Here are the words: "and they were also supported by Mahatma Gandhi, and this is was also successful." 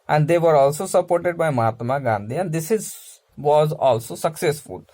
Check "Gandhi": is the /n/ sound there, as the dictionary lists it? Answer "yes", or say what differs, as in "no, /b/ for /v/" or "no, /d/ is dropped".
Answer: yes